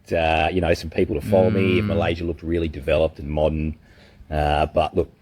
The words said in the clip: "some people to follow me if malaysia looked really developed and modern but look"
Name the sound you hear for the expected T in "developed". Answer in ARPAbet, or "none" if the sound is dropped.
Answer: T